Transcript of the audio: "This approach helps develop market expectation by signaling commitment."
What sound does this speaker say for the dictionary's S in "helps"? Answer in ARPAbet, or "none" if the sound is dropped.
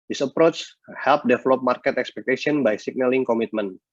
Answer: none